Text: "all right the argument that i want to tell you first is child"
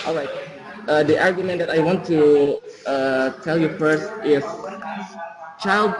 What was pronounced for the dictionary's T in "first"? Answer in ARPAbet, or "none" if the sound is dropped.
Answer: T